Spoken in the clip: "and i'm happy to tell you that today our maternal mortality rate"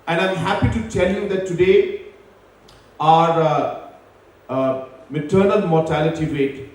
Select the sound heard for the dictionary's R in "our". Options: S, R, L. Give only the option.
R